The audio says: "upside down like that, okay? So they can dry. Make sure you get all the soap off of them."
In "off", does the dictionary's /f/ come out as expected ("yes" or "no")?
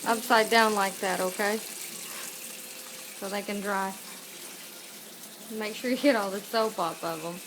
no